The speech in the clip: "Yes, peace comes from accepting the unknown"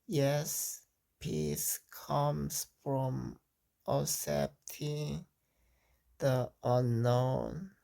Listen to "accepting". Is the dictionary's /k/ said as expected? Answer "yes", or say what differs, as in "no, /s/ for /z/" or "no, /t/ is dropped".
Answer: no, /k/ is dropped